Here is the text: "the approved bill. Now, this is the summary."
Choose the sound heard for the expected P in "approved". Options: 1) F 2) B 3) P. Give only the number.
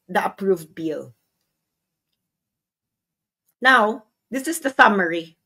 3